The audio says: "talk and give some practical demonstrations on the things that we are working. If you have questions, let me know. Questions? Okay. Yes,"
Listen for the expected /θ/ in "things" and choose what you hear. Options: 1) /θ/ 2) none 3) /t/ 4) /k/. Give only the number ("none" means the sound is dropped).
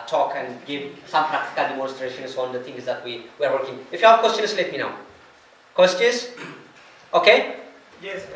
3